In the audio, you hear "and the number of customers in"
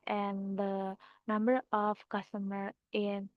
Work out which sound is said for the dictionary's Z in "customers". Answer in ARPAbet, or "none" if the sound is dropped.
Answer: none